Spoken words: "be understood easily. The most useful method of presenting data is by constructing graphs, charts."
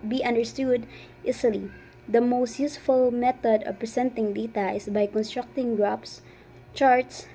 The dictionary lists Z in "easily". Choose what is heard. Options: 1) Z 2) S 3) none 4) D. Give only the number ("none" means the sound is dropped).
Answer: 2